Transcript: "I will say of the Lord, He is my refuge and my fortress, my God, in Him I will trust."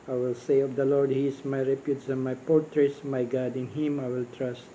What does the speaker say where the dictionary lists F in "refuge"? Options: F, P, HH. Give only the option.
P